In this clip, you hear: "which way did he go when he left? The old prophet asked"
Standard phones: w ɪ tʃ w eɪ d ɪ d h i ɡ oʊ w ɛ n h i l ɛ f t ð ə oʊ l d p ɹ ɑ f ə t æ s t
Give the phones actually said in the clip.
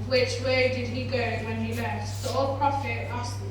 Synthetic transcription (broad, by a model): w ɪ tʃ w eɪ d ɪ d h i ɡ oʊ w ɛ n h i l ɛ t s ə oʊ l p ɹ ɑ f ə t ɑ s